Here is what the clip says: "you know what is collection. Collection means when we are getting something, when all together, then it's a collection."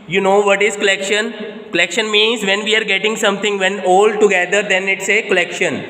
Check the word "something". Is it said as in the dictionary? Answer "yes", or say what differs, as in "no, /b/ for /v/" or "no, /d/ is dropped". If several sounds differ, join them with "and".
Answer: no, /t/ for /θ/